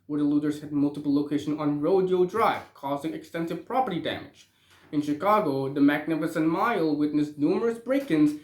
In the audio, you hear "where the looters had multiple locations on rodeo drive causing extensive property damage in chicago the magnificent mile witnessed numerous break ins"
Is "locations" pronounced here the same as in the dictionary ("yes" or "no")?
no